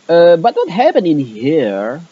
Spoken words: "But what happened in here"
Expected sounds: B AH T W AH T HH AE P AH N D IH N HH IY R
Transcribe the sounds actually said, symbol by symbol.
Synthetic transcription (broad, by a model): B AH T W AH T HH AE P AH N IH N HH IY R